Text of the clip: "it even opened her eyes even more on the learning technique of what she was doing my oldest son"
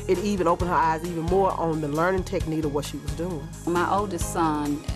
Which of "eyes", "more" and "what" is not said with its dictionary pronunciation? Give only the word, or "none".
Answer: none